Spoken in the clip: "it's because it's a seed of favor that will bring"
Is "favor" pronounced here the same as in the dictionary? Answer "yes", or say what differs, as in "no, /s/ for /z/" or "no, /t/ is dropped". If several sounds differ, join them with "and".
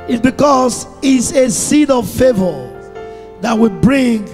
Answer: yes